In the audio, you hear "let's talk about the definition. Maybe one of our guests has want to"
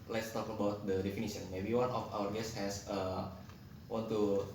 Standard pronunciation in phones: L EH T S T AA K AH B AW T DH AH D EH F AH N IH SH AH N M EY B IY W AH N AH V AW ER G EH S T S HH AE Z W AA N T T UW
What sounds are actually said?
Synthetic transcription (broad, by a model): L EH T S T AA K AH B AW T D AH D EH F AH N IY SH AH N M EY B IY W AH N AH F AW ER G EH S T HH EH S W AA N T T UW